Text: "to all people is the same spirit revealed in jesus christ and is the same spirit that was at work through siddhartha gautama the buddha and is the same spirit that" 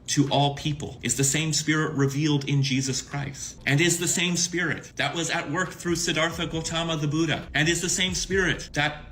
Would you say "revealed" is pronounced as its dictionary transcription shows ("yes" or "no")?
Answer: yes